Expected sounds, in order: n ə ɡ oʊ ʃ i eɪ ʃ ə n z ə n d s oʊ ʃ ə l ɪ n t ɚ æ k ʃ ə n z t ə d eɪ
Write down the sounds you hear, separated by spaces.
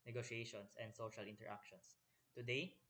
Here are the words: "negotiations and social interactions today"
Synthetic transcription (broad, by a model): n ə ɡ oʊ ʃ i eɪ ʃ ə n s ə n d s oʊ ʃ ə l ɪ n t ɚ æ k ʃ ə n s t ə d eɪ